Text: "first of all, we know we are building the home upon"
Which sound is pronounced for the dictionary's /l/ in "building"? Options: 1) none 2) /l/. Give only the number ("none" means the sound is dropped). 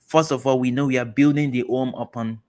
2